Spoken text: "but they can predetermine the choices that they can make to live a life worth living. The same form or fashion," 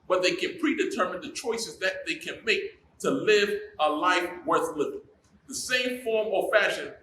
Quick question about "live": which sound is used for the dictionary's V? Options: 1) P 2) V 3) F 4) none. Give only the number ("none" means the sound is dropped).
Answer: 2